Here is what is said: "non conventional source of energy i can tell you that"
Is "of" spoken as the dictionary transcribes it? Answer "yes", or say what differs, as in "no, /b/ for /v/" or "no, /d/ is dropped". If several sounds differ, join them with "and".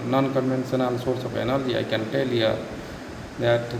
no, /p/ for /v/